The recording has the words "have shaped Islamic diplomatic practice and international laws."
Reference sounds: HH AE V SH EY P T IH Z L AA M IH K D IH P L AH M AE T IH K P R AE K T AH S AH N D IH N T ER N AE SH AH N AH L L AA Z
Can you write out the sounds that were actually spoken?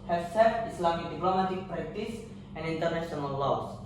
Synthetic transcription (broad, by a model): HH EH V S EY T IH S L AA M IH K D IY P L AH M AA T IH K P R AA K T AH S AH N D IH N T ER N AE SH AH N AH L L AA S